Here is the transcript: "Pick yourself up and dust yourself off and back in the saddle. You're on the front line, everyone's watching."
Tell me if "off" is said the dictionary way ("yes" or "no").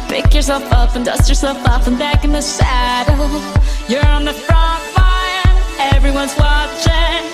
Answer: no